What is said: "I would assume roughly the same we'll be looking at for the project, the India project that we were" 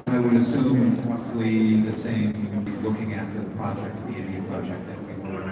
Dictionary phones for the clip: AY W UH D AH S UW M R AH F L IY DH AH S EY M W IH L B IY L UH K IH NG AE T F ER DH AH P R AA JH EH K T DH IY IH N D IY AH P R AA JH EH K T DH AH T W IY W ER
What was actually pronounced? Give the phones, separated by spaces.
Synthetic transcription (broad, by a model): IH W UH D AH S UW M R AH F L IY DH AH S EY M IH W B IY L UH K IH NG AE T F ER DH AH P R AA JH EH K T DH IY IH D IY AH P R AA JH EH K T DH AH T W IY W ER